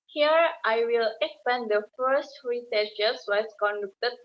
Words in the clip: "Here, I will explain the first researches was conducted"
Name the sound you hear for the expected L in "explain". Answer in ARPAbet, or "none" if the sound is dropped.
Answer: none